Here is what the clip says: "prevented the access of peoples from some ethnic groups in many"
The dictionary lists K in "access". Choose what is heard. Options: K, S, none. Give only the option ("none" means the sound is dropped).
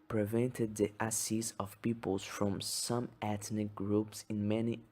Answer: none